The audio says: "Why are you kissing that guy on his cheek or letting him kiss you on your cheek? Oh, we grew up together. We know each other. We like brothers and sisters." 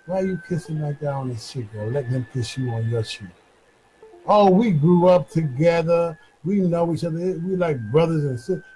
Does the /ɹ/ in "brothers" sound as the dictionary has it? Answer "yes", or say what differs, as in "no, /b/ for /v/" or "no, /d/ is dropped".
yes